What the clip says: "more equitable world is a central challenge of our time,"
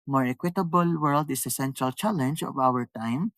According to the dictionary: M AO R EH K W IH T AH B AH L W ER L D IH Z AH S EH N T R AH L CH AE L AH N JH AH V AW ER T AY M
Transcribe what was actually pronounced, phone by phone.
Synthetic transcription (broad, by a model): M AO R EH K W IH T AH B AH L W ER L D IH S AH S EH N T R AH L CH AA L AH N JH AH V AW ER T AY M